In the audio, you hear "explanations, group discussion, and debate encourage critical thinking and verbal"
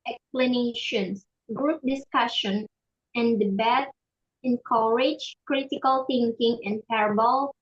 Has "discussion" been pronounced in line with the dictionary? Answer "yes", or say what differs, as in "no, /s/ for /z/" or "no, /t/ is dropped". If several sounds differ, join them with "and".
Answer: yes